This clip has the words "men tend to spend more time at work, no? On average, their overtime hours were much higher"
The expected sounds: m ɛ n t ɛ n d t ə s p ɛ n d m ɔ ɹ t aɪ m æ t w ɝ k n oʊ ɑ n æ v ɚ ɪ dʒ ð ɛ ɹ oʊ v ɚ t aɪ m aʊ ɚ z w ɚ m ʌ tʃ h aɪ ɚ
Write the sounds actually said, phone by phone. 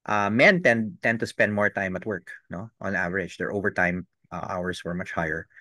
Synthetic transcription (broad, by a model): m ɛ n t ɛ n d t ə s p ɛ n d m ɔ ɹ t aɪ m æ t w ɝ k n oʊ ɑ n æ v ɚ ɪ dʒ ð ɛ ɹ oʊ v ɚ t aɪ m aʊ ɚ s w ɚ m ʌ tʃ h aɪ ɚ